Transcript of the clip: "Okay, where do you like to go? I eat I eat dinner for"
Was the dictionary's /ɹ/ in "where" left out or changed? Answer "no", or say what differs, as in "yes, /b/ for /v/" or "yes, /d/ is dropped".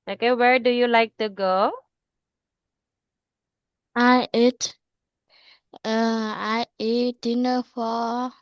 no